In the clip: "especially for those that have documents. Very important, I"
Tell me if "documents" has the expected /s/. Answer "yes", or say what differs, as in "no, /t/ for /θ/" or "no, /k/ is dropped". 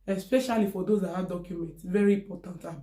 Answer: yes